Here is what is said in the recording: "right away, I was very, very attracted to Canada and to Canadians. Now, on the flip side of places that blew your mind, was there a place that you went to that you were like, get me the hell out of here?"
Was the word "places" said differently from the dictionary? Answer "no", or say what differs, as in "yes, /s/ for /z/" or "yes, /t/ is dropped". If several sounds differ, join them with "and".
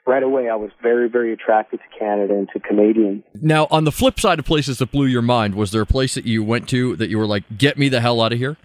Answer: no